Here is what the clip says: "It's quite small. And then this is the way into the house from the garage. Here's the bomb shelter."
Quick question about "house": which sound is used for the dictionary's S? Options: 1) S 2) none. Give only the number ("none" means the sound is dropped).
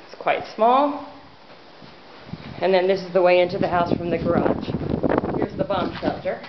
1